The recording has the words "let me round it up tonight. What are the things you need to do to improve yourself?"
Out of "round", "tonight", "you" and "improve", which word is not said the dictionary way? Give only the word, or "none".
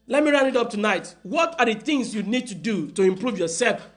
round